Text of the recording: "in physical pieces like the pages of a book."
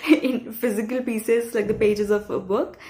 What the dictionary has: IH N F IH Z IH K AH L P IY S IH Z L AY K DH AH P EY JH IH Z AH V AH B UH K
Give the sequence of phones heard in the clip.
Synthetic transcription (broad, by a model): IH N F IH Z IH K AH L P IY S IH Z L AY K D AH P EY JH IH Z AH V AH B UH K